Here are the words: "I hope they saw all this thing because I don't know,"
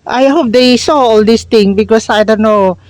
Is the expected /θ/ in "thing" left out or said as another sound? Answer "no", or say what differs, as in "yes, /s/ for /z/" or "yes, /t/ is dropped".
yes, /t/ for /θ/